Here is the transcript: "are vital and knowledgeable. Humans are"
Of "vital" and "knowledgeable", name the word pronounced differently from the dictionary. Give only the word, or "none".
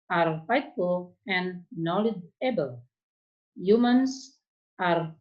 vital